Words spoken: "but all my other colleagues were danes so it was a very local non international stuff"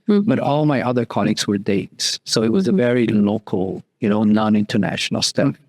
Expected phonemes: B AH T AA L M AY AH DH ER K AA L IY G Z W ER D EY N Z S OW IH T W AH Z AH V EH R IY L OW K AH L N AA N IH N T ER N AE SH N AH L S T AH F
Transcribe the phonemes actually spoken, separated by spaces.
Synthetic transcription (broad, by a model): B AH T AA L M AY AH DH ER K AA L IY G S W ER D EY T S S OW IH T W AH Z AH V EH R IY L OW K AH N N AA N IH N T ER N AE SH N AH L S T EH